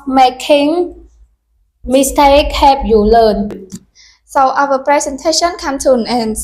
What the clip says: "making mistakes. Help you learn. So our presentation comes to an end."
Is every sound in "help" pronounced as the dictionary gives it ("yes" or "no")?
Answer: no